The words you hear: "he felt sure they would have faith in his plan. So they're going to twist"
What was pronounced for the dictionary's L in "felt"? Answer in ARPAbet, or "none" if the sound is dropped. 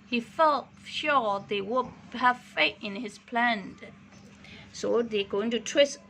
L